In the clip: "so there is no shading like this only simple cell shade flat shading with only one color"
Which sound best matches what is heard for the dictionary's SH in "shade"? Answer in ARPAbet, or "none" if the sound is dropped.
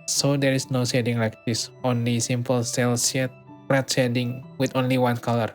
S